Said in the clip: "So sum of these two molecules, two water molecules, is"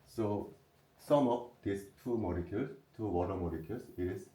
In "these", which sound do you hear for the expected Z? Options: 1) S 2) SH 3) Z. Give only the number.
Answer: 1